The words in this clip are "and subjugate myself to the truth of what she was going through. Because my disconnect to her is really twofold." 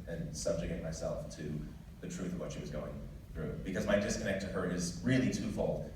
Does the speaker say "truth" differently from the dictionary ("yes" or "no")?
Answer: no